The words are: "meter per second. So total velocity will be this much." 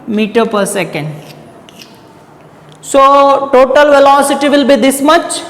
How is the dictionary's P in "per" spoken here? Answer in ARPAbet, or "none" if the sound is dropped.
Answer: P